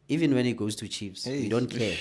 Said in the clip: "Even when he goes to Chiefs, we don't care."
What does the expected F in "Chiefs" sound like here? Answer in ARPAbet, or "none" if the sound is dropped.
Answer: P